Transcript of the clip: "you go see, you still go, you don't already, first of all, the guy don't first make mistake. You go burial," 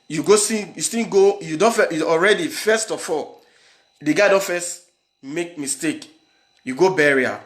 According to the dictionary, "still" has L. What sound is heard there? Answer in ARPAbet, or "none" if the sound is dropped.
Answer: N